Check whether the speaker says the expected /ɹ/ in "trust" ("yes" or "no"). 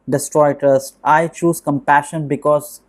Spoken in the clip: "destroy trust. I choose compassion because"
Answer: no